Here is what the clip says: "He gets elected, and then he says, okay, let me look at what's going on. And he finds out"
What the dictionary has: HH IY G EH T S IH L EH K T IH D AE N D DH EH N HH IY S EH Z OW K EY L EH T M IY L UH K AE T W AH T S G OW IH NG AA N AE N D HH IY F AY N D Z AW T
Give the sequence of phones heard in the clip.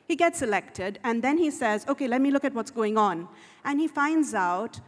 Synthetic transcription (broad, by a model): HH IY G EH T S IH L EH K T IH D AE N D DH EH N HH IY S EH Z OW K EY L EH T M IY L UH K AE T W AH T S G OW IH NG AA N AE N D HH IY F AY N D Z AW T